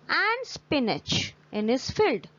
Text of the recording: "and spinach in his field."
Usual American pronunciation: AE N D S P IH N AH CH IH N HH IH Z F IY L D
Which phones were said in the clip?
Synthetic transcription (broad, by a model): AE N D S P IH N AH CH IH N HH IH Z F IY L D